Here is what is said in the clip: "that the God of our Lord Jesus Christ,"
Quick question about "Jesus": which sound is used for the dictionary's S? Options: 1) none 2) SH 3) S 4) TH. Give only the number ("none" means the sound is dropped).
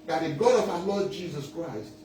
3